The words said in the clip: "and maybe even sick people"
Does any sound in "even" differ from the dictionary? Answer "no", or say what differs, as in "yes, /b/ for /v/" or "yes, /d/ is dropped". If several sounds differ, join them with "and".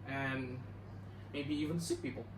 no